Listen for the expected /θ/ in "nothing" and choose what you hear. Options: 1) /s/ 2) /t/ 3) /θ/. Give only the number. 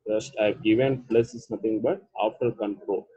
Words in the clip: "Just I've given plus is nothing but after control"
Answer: 2